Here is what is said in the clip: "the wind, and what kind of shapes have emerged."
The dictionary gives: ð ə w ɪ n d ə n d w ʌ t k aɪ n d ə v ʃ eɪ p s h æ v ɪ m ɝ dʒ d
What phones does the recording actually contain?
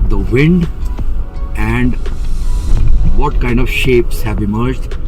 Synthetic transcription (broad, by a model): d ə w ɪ n d ə n d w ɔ t k aɪ n d ə v ʃ eɪ p s h æ v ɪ m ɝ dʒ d